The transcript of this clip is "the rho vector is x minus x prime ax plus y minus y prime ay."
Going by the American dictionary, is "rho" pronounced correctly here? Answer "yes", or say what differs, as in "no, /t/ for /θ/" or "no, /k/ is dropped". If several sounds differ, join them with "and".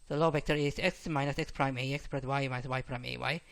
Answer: no, /l/ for /ɹ/